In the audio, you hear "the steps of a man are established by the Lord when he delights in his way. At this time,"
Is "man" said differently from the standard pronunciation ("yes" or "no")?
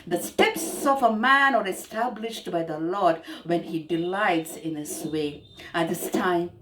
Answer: no